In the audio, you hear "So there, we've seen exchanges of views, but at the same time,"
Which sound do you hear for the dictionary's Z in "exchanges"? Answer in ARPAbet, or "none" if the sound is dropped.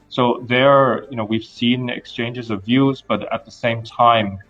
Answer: Z